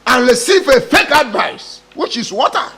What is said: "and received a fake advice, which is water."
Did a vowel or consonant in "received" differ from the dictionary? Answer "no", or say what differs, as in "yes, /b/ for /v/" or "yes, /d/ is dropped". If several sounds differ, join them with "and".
yes, /d/ is dropped